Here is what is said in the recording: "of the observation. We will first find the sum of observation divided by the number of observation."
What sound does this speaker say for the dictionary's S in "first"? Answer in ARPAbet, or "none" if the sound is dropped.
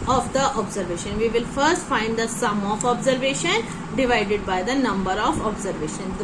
S